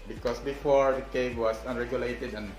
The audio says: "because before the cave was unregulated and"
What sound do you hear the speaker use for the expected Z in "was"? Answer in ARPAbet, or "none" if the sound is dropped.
S